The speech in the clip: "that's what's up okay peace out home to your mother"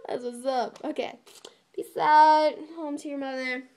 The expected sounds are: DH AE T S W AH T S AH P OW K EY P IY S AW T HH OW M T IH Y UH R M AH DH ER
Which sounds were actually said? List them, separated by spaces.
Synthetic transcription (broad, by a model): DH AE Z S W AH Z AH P OW K EY B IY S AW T HH OW M T IH Y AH R M AH DH ER